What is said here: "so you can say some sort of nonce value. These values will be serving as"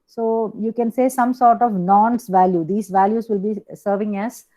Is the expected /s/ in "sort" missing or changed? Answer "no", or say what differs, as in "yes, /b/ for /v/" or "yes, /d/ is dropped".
no